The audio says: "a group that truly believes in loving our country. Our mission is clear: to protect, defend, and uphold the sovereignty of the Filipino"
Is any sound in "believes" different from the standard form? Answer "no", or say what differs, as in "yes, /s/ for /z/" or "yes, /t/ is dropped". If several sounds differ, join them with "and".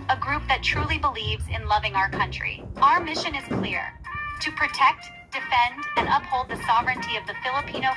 no